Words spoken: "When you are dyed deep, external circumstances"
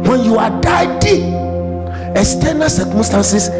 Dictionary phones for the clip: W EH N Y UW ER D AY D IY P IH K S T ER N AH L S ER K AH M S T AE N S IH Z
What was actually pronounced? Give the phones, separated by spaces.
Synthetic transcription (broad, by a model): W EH N Y UW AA D AY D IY IH S T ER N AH S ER K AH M S T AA N S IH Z